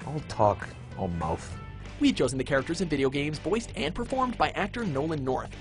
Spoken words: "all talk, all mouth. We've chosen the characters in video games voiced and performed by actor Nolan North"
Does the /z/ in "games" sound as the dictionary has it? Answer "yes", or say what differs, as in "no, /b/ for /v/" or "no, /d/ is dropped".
yes